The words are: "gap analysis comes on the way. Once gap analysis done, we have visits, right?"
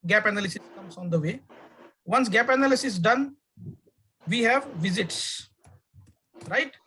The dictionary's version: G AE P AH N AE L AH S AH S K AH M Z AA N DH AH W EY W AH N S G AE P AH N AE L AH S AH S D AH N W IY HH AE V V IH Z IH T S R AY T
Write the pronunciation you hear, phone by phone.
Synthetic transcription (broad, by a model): G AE P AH N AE L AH S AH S K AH M S AA N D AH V EY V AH N S G AE P AH N AE L AH S AH S D AH N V IY HH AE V V IH Z IH T S R AY T